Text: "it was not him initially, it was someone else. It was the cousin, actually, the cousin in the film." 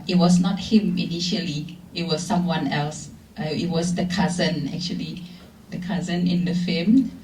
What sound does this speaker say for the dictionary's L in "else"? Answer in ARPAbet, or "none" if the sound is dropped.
L